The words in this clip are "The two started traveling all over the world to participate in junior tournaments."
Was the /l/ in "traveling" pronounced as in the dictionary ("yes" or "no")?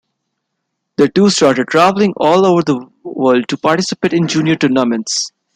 yes